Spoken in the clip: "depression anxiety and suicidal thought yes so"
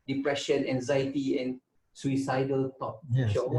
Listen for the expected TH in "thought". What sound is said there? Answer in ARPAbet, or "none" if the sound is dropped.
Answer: T